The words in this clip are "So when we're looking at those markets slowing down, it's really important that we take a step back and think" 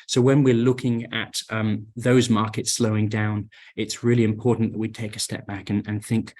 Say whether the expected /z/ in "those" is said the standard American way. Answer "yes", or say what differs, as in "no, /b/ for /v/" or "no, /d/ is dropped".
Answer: yes